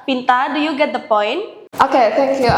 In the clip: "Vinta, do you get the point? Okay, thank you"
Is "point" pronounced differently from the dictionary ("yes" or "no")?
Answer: no